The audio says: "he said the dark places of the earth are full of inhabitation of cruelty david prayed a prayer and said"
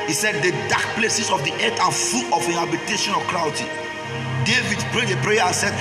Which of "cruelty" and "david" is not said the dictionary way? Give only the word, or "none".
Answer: cruelty